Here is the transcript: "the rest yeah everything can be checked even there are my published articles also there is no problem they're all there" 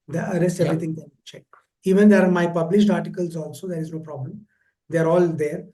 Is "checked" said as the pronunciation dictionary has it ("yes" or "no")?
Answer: no